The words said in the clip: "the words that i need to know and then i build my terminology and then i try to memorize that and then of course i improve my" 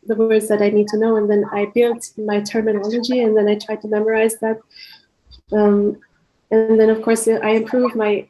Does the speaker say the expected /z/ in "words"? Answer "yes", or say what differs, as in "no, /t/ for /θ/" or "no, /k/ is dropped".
yes